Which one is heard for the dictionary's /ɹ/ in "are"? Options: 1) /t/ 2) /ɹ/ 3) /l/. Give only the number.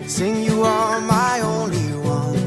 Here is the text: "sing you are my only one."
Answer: 3